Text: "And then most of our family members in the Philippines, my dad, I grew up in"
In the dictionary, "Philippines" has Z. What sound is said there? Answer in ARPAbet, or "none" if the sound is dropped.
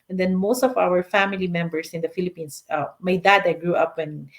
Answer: S